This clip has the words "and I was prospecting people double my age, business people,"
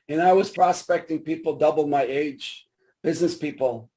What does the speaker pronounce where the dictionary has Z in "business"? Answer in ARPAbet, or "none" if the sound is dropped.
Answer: Z